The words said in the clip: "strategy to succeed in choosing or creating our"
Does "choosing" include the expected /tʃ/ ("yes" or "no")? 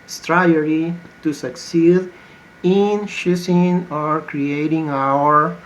no